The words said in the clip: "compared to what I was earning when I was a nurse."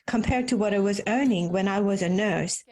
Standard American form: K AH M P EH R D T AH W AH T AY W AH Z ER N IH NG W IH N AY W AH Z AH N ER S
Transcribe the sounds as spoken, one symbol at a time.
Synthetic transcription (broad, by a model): K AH M P EH R D T AH W AH T AY W AH Z ER N IH NG W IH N AY W AH Z AH N ER S